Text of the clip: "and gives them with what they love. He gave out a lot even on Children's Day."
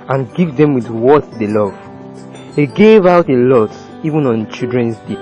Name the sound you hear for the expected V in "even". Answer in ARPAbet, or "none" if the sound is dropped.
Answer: V